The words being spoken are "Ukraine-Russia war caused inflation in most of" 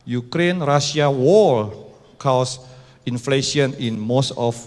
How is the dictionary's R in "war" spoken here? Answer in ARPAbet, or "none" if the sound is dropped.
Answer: L